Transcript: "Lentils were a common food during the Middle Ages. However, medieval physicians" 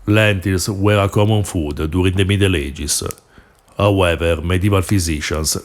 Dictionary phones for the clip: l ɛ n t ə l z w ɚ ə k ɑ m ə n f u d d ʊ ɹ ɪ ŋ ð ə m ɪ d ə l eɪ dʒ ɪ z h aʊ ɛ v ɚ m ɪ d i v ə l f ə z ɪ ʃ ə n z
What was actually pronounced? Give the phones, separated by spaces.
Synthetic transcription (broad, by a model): l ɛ n t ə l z w ɚ ə k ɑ m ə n f u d d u ɹ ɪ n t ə m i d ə l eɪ dʒ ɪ s h aʊ ɛ v ɚ m ɪ d i v ə l f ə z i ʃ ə n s